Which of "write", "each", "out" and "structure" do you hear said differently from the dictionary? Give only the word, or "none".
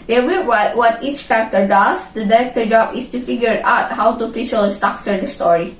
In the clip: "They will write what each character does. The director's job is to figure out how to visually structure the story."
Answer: structure